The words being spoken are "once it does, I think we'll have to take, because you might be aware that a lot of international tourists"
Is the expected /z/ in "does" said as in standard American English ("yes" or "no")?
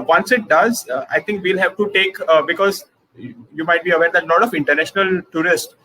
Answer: yes